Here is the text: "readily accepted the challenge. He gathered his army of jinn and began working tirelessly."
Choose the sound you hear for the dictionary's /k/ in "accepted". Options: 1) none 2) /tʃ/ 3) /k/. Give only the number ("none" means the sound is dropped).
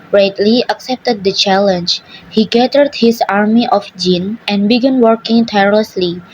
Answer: 3